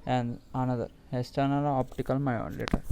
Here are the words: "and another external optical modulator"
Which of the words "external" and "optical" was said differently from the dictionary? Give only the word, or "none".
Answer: external